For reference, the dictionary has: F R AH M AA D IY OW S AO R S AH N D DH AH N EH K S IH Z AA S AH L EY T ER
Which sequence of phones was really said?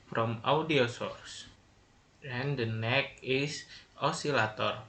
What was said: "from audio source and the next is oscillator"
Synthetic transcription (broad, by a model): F R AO M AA D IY OW S AO R S AH N D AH N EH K IH S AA S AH L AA T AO